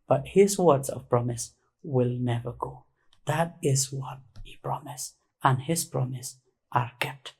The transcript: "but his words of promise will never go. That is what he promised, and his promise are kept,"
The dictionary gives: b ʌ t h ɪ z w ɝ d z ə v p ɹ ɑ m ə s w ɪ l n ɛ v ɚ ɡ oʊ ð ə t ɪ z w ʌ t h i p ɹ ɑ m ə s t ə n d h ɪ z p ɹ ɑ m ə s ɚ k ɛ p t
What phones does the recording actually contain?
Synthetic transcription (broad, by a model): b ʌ t h ɪ z w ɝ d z ə v p ɹ ɑ m ə s w ɪ l n ɛ v ɚ ɡ oʊ ð ə t ɪ z w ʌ t h i p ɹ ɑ m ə s ə n h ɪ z p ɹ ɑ m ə s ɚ k ɛ p t